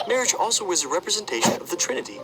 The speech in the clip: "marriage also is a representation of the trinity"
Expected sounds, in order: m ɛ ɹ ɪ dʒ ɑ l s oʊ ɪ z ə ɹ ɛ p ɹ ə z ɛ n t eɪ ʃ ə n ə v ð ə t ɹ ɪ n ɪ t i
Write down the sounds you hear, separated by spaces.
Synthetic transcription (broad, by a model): m ɛ ɹ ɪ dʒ ɑ l s oʊ ɪ z ə ɹ ɛ p ɹ ə z ɛ n t eɪ ʃ ə n ə v ð ə t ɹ ɪ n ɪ t i